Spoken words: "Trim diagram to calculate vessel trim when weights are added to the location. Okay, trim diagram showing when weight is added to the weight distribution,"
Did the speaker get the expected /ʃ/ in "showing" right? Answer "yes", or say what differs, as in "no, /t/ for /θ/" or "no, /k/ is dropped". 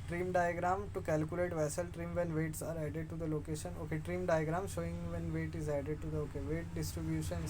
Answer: yes